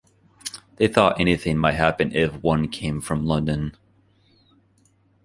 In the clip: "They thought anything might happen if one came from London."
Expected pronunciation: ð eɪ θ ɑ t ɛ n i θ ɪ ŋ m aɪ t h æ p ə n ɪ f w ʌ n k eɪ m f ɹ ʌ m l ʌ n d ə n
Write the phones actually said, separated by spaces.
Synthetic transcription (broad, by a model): ð eɪ θ ɑ t ɛ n i θ ɪ ŋ m aɪ t h æ p ə n ɪ f w ʌ n k eɪ m f ɹ ʌ m l ʌ n d ə n